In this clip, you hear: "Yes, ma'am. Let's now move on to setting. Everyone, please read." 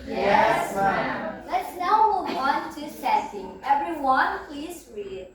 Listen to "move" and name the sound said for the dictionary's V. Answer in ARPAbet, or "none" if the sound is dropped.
W